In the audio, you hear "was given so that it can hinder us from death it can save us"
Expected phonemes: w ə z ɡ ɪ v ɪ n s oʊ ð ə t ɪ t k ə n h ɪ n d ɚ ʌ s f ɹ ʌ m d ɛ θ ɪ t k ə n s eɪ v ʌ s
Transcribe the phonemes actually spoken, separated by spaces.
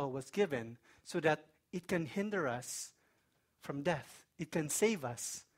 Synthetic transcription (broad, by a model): w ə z ɡ ɪ v ɪ n s oʊ ð ə t ɪ t k ə n h ɪ n d ɚ ʌ s f ɹ ʌ m d ɛ θ ɪ t k ə n s eɪ v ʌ s